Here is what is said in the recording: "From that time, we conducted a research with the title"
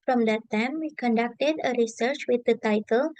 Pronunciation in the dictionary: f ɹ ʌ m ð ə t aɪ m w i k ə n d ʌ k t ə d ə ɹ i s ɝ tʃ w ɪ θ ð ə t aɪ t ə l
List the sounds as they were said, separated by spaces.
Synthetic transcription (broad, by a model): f ɹ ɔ m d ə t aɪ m w i k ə n d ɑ k t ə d ə ɹ i s ɝ tʃ w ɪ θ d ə t aɪ t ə l